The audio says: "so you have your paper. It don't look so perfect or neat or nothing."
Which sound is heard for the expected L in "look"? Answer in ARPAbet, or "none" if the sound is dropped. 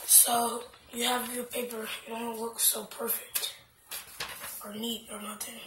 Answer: W